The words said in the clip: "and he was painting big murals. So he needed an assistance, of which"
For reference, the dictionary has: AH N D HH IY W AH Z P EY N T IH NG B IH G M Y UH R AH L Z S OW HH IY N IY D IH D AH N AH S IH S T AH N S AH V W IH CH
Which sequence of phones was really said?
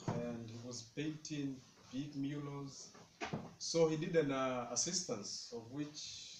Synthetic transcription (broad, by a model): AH N D HH IY W AH Z P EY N T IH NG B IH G M Y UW L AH Z S OW HH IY IY D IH D AH N AH S IH S T AH N S AH V W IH CH